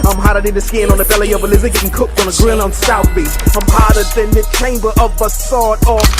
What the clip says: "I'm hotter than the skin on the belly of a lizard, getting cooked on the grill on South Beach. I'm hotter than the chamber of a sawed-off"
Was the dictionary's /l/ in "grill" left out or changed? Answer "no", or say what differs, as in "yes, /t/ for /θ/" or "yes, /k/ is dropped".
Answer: yes, /n/ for /l/